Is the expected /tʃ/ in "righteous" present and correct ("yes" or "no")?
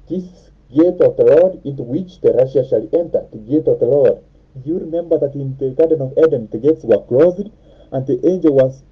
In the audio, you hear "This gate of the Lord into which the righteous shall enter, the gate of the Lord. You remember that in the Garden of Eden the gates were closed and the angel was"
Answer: no